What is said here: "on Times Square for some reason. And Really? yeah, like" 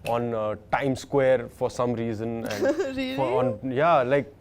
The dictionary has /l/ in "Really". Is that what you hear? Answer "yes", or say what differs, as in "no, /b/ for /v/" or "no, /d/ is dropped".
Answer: no, /l/ is dropped